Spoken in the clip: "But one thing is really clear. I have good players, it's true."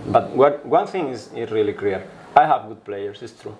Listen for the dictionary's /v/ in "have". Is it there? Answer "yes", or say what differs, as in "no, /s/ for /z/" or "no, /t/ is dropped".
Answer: yes